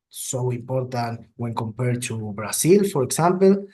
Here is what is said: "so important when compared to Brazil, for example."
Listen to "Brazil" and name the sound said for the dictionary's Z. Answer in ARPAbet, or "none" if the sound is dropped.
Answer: S